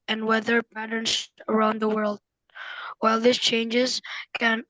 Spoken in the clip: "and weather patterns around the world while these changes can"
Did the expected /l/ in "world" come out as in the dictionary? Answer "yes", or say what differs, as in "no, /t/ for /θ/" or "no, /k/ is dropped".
yes